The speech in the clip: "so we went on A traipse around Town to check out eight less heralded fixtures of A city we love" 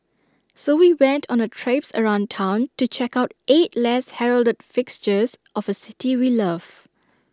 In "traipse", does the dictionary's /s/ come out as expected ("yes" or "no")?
yes